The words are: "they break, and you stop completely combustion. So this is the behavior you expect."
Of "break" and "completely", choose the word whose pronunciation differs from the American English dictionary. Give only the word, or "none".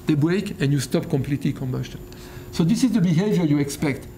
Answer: none